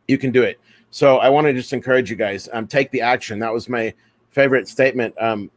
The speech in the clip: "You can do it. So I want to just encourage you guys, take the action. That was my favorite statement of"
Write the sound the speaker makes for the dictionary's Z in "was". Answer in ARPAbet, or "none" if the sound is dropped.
Z